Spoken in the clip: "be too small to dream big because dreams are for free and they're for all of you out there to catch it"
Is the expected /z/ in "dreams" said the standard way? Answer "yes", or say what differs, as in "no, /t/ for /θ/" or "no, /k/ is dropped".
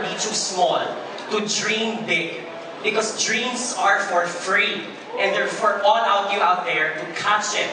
no, /s/ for /z/